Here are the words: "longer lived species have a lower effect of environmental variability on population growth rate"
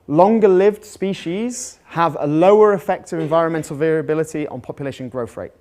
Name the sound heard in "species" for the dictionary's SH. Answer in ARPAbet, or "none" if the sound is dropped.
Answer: SH